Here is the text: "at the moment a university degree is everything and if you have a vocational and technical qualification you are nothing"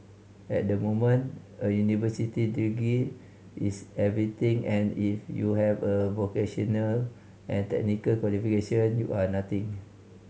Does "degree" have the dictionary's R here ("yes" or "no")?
no